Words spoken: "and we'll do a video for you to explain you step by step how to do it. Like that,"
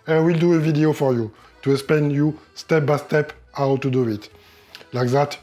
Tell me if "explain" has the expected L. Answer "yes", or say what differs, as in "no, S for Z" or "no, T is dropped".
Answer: no, L is dropped